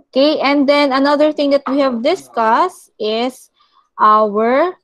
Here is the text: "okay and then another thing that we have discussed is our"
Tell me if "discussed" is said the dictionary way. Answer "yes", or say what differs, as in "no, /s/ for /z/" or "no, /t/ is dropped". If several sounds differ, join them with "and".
yes